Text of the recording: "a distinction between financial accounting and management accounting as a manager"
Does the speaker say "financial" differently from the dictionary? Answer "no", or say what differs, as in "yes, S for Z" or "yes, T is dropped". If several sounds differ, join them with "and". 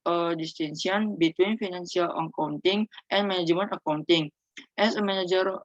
yes, S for SH